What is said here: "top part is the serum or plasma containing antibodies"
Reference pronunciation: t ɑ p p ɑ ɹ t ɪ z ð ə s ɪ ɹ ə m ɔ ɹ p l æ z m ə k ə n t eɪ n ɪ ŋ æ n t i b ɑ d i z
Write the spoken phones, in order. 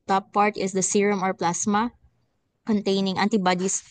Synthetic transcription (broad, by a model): t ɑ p p ɑ ɹ t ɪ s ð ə s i ɹ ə m ɔ ɹ p l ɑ s m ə k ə n t eɪ n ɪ ŋ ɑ n t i b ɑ d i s